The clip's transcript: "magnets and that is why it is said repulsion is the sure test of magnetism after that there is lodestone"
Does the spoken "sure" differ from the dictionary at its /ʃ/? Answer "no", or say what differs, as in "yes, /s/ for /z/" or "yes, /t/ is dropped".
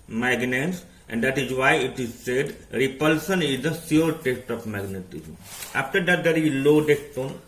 yes, /s/ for /ʃ/